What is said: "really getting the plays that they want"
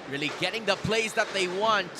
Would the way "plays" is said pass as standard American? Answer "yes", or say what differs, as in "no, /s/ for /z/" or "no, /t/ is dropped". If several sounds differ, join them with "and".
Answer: no, /s/ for /z/